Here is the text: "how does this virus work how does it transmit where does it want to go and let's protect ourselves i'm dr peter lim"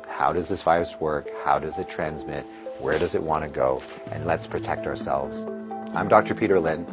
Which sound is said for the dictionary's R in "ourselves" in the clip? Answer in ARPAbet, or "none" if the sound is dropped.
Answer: R